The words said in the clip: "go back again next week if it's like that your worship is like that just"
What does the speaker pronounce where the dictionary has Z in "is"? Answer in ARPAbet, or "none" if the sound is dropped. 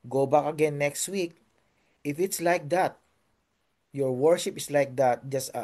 S